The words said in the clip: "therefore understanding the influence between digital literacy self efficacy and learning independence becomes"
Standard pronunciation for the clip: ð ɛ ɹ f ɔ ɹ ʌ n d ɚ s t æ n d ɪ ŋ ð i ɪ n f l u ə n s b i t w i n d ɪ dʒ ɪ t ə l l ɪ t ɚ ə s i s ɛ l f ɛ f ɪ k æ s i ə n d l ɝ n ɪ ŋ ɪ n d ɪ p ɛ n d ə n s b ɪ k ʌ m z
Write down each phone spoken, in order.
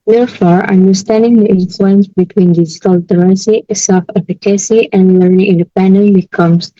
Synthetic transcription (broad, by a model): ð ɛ ɹ f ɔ ɹ ʌ n d ɚ s t æ n d ɪ ŋ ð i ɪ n f l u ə n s b i t w i n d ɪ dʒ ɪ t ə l l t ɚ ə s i s ɛ l f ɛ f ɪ k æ s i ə n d l ɝ n ɪ ŋ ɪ n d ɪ p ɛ n d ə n b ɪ k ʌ m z